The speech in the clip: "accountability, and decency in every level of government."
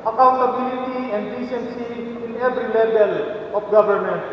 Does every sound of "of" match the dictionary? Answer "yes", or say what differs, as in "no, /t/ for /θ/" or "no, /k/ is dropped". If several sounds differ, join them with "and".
no, /p/ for /v/